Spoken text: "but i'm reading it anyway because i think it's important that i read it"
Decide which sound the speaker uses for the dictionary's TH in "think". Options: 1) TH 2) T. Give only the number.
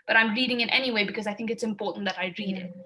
1